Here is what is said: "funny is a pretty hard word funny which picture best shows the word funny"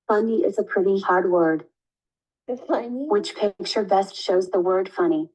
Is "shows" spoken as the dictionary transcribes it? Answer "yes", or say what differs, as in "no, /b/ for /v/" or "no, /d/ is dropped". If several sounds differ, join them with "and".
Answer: yes